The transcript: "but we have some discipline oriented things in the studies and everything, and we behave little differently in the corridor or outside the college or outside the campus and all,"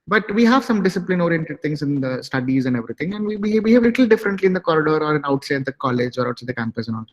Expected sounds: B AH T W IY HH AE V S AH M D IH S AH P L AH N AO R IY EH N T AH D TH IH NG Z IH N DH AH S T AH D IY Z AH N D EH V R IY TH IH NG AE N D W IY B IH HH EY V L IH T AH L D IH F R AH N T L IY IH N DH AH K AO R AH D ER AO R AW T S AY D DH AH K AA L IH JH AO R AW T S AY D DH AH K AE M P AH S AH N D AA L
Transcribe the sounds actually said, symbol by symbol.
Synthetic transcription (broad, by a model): B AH T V IY HH AE V S AH M D IH S AH P L AH N AO R IY EH N T AH D T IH NG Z IH N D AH S T AH D IY Z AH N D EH V R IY T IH NG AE N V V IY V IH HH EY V L IH T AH L D IH F R AH N T L IY IH N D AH K AO R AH D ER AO R AW T S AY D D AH K AA L IH JH AO R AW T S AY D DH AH K AE M P AH S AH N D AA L